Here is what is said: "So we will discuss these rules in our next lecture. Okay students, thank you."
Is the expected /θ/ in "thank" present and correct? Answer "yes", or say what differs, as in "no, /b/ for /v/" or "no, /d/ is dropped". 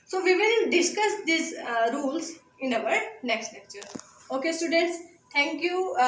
no, /t/ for /θ/